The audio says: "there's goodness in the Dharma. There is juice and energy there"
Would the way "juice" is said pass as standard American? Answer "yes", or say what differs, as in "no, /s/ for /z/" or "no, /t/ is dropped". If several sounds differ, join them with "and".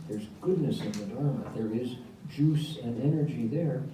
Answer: yes